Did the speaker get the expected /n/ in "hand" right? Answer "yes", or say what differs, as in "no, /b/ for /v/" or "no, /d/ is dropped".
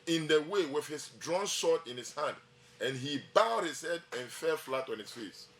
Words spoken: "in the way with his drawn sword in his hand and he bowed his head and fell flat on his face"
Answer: yes